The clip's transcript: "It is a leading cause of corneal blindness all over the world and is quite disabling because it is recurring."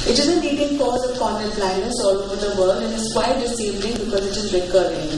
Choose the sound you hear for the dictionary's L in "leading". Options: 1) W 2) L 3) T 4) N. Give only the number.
4